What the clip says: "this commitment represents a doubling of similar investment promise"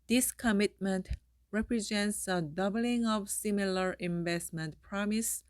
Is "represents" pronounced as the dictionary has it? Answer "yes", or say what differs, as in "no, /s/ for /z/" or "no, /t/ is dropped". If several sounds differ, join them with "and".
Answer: yes